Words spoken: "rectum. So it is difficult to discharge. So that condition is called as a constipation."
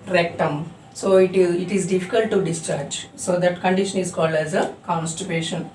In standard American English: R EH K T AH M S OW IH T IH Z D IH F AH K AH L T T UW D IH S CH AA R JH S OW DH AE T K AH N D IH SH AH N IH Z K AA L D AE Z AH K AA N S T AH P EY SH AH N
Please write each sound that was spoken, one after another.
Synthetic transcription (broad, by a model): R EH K T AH M S OW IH T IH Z D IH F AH K AH L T T UW D IH S CH AA R JH S OW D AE T K AH N D IH SH AH N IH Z K AA L D AE Z AH K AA N S T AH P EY SH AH N